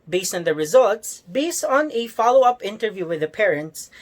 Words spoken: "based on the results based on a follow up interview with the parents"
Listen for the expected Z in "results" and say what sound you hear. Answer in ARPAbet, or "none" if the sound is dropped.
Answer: Z